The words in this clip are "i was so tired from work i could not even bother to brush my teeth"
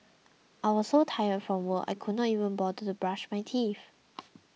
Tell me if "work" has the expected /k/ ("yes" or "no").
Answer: no